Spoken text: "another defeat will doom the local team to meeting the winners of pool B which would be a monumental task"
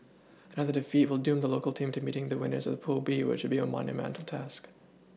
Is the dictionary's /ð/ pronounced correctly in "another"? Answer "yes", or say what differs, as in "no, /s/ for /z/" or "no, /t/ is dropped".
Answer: yes